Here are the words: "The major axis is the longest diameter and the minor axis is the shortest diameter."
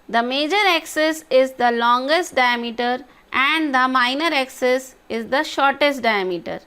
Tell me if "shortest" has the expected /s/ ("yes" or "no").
yes